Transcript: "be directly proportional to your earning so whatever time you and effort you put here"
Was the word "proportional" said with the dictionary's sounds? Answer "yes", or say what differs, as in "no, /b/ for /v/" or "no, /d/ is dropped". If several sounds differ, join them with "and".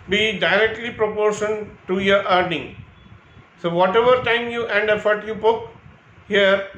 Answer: no, /n/ is dropped and /n/ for /l/